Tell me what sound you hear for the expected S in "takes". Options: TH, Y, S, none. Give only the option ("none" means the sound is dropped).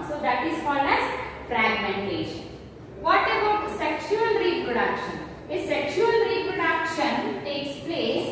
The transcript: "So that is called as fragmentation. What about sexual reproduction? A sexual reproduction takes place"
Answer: S